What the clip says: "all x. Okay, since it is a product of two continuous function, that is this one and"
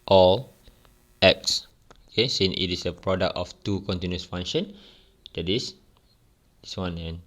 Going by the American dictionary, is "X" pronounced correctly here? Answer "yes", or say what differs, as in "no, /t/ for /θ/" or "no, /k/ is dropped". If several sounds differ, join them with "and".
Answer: yes